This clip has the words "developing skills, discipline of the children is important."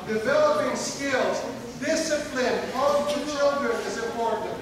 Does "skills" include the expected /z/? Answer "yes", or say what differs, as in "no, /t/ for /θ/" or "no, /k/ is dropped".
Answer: yes